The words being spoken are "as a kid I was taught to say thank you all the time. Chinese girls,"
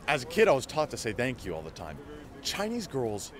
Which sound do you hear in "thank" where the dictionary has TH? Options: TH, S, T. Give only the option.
TH